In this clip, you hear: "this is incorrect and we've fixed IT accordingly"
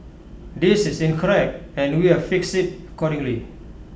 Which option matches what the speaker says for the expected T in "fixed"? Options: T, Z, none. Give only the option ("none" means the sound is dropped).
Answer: none